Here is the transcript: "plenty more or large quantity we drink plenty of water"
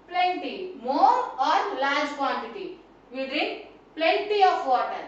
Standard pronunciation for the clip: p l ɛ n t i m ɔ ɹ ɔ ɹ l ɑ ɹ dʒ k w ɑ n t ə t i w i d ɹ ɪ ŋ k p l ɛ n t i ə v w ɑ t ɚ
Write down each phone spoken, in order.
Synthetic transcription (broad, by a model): p l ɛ n t i m ɔ ɹ ɔ ɹ l ɑ ɹ dʒ k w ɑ n t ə t i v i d ɪ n p l ɛ n t i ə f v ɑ t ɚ